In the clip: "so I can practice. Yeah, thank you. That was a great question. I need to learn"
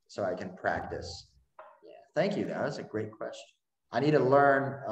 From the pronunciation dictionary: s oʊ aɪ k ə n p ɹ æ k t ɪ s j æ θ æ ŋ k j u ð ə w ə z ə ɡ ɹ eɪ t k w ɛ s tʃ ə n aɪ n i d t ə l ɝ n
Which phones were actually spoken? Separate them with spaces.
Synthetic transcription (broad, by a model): s oʊ aɪ k ə n p ɹ æ k t ɪ s j æ θ æ ŋ k j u ð ə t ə s ə ɡ ɹ eɪ t k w ɛ s tʃ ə n aɪ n i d t ə l ɝ n